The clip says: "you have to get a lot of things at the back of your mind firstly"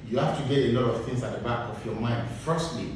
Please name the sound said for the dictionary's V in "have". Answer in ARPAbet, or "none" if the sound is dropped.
F